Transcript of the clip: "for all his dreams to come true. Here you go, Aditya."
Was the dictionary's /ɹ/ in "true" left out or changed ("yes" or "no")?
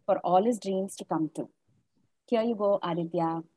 yes